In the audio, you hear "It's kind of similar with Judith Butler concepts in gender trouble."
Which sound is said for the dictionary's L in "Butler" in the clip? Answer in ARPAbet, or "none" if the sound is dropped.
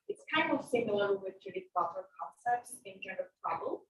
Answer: none